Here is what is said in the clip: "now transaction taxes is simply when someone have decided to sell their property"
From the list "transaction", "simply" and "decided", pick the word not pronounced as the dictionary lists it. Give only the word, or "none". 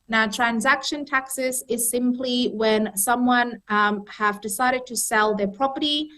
none